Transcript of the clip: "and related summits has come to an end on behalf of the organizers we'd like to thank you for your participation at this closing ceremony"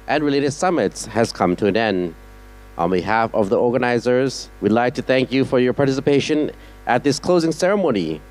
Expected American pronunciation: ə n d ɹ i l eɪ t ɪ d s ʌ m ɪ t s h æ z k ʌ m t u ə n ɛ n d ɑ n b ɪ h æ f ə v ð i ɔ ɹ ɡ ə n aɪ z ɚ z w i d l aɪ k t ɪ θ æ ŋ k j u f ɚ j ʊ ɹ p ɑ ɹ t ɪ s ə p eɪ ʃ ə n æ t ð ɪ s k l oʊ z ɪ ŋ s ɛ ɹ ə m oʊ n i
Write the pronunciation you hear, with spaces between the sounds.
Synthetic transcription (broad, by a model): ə n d ɹ i l eɪ t ɪ d s ʌ m ɪ t s h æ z k ʌ m t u ə n ɛ n d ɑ n b ɪ h æ f ə v ð i ɔ ɹ ɡ ə n aɪ z ɚ z w i d l aɪ k t ɪ θ æ ŋ k j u f ɚ j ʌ ɹ p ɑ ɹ t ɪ s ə p eɪ ʃ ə n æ t ð ɪ s k l oʊ z ɪ ŋ s ɛ ɹ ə m oʊ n i